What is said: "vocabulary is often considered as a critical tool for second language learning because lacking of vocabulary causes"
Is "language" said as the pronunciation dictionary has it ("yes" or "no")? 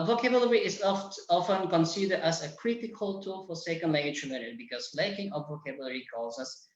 no